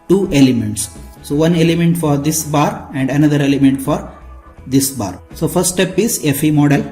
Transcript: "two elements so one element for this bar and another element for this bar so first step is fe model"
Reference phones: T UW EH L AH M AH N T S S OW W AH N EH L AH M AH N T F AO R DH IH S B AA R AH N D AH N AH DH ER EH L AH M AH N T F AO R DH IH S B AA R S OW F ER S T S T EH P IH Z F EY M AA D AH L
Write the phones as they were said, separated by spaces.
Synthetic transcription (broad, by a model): T UW EH L AH M AH N T S S OW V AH N EH L AH M AH N T F AO R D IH S B AA R AH N D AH N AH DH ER EH L AH M AH N T F AO R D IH S B AA R S OW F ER T S T EH P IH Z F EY M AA D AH L